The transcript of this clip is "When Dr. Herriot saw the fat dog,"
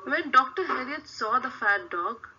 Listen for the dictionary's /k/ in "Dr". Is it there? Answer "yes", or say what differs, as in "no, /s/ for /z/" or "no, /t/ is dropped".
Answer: yes